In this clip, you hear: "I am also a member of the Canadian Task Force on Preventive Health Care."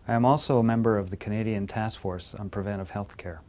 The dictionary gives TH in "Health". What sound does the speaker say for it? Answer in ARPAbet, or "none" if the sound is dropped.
TH